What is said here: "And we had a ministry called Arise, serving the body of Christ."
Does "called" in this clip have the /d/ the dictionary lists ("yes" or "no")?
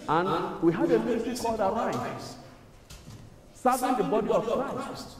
yes